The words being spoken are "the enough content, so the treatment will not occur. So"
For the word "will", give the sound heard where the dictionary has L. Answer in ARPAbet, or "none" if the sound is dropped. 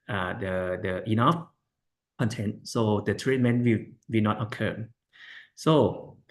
W